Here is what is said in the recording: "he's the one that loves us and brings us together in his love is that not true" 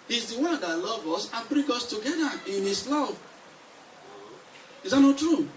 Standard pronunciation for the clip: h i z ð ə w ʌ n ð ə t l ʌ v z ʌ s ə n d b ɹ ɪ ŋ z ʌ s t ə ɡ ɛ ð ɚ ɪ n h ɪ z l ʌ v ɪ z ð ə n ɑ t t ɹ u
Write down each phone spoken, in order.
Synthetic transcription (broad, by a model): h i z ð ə w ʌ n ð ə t l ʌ v ʌ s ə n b ɹ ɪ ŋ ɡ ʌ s t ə ɡ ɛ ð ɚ ɪ n h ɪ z l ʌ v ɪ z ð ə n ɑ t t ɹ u